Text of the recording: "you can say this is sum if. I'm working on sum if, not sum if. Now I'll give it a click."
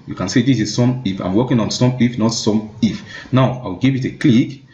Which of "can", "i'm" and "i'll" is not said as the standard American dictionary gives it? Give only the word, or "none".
i'll